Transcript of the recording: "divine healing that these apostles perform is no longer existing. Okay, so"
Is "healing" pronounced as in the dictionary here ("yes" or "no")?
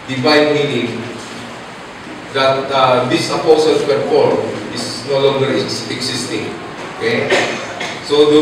no